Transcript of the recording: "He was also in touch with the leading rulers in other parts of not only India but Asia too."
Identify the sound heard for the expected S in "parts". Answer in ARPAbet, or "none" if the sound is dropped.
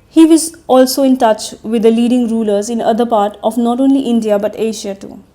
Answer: none